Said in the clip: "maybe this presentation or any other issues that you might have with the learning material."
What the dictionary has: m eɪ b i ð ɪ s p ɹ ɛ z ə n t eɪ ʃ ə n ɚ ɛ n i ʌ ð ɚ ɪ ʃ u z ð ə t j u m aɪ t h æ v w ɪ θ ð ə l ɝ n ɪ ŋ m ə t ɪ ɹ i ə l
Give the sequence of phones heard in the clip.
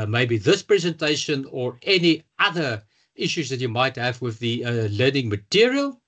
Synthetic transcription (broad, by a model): m eɪ b i ð ɪ s p ɹ ɛ z ə n t eɪ ʃ ə n ɚ ɛ n i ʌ ð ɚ ɪ ʃ u z ð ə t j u m aɪ t h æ v w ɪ ð ə l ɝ n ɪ ŋ m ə t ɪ ɹ i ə l